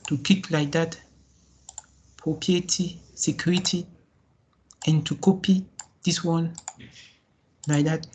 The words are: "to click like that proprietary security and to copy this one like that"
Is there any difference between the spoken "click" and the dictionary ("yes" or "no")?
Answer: yes